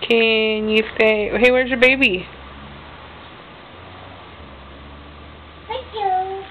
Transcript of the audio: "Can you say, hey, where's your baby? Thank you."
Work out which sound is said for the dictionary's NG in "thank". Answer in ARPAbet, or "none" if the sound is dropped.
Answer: none